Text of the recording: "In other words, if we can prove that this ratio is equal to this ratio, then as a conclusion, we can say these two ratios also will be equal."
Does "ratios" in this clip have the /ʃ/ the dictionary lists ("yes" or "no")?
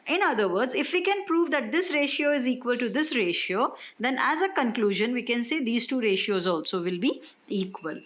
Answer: yes